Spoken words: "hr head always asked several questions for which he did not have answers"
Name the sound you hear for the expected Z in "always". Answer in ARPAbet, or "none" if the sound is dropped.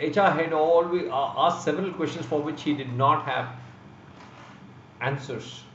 none